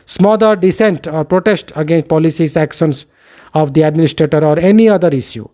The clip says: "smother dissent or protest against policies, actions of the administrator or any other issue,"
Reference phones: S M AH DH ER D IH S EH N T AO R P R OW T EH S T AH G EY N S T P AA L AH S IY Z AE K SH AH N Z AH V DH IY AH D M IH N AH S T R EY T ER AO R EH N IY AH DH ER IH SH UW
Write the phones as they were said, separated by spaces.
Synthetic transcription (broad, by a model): S M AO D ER D IH S EH N T AO R P R OW T EH S T AH G EY N S T P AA L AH S IY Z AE K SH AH N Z AH V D IY AH D M IH N AH S T R EY T ER AO R EH N IY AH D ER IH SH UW